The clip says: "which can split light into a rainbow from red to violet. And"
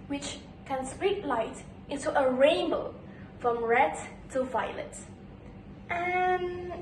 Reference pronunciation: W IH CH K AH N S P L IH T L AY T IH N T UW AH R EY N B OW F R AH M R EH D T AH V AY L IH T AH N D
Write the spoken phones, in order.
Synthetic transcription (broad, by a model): W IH CH K AH N S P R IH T L AY T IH N T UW AH R EY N B OW F R AH M R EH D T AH V AY L IH T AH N